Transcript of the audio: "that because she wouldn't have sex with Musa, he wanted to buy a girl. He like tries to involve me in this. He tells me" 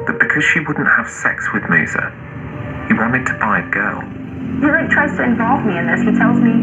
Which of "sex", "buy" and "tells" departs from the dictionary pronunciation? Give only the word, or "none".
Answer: none